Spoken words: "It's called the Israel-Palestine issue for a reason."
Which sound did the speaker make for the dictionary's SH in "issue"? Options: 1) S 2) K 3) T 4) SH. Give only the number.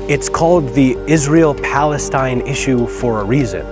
4